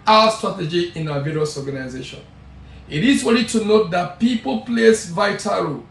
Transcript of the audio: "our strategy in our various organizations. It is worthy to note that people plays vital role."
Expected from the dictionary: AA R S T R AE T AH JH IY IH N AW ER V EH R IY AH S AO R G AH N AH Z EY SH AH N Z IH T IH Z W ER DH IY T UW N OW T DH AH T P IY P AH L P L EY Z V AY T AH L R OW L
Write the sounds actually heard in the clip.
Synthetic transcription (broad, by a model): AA S T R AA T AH JH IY IH N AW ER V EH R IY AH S AO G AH N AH Z EY SH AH N IH T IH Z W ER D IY T UW N OW T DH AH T P IY P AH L P L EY S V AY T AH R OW